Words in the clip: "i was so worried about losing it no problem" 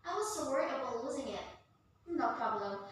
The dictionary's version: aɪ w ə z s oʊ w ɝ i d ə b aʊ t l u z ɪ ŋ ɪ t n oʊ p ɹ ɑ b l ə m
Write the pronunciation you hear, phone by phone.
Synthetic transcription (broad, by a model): aɪ w ə z s oʊ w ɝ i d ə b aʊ l u z ɪ ŋ ɪ t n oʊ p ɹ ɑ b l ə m